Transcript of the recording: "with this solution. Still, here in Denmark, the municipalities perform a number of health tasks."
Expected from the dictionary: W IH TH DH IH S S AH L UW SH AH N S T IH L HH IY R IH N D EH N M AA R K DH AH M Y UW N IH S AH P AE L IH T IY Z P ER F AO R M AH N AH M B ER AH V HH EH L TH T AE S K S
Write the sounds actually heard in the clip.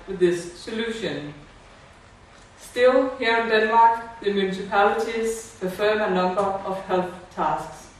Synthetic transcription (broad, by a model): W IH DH IH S S AH L UW SH AH N S T IH L HH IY R IH N D EH N M AA R K DH AH M Y UW N IH S AH P AE L IH T IY Z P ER F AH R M AH N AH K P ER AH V HH EH L TH T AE S K S